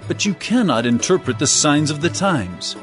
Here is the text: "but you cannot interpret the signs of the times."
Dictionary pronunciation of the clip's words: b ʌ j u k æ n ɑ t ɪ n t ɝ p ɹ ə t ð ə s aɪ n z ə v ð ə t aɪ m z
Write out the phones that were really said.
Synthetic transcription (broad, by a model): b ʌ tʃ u k æ n ɑ t ɪ n t ɝ p ɹ ə t ð ə s aɪ n z ə v ð ə t aɪ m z